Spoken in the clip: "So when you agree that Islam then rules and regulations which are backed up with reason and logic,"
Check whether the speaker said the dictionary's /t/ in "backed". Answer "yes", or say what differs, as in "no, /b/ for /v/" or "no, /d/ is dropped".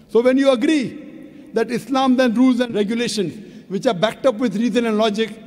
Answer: yes